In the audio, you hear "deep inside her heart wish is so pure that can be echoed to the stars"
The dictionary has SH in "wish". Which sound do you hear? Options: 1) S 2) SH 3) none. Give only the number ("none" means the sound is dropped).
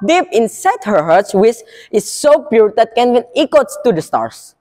1